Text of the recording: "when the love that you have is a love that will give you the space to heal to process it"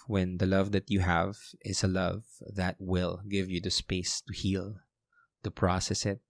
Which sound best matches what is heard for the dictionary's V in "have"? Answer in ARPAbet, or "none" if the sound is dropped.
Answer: V